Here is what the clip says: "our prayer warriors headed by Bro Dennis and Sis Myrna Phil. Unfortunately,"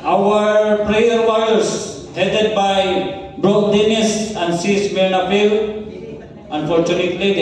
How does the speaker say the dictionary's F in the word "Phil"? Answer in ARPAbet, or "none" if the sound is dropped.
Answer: P